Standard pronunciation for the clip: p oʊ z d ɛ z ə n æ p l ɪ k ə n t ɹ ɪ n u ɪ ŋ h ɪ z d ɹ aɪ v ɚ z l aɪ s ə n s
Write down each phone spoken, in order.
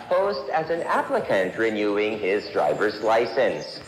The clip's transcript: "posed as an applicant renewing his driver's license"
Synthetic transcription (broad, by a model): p oʊ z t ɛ z ə n æ p l ɪ k ə n t ɹ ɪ n u ɪ ŋ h ɪ z d ɹ aɪ v ɚ z l aɪ s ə n s